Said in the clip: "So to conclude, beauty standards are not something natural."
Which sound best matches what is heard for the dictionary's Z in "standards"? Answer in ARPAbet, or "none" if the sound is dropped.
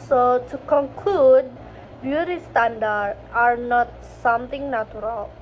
none